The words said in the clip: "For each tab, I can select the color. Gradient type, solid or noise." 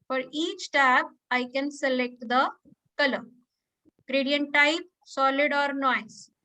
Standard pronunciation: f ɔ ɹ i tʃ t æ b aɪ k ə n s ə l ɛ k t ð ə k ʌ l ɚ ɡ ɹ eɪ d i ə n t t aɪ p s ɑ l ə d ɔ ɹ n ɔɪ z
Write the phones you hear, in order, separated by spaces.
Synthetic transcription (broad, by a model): f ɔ ɹ i tʃ t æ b aɪ k ə n s ə l ɛ k t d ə k ʌ l ɚ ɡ ɹ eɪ d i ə n t t aɪ p s ɑ l ə d ɔ ɹ n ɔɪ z